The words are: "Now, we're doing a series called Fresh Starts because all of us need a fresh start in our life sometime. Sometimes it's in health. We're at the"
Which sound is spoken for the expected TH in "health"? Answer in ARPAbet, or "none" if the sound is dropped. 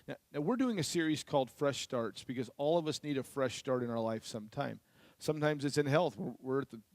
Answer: TH